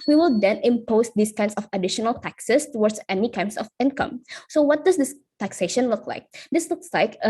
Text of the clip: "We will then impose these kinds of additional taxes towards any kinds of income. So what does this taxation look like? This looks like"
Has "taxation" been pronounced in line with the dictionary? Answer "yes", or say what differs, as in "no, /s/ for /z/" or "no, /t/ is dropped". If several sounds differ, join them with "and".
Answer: yes